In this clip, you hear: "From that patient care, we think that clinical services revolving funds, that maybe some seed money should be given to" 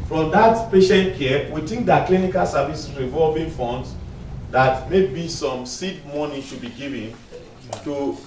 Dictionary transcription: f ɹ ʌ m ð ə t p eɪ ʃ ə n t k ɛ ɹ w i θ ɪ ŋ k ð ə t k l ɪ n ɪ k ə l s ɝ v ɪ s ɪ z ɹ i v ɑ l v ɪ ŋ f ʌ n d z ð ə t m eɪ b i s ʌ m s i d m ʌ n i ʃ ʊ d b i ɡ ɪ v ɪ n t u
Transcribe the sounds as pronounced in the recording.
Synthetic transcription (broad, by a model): f ɹ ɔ m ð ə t p eɪ ʃ ə n t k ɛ w i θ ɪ ŋ k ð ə t k l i n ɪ k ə l s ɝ v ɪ s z ɹ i v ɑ l v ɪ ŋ f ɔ n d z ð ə t m eɪ b i s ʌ m s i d m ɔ n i ʃ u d b i ɡ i v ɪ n t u